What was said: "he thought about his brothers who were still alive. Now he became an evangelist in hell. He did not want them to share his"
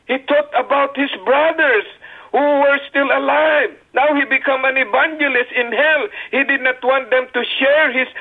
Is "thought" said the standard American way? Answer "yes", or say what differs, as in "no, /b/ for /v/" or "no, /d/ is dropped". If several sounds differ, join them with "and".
no, /t/ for /θ/